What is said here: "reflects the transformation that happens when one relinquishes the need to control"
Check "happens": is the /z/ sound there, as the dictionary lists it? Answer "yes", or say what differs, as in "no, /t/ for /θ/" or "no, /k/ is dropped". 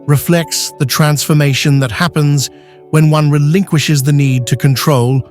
yes